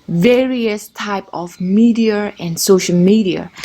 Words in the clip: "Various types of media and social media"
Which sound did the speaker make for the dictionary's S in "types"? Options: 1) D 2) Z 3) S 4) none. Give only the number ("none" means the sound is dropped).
4